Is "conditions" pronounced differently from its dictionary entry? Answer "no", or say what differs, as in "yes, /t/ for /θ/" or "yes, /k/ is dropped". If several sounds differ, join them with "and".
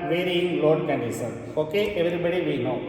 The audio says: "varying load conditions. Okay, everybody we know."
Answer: yes, /s/ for /ʃ/